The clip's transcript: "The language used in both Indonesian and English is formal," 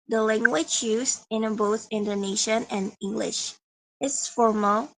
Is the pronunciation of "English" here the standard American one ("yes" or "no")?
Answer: yes